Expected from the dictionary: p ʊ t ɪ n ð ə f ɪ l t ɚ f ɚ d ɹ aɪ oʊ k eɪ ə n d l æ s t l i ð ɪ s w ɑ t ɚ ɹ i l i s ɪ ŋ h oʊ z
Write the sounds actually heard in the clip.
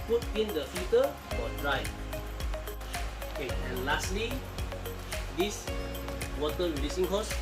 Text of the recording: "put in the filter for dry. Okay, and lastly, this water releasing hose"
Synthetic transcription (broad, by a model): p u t ɪ n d ə f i t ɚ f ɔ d ɹ aɪ oʊ k eɪ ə n l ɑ s t l i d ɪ s w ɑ t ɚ ɹ i l i s ɪ ŋ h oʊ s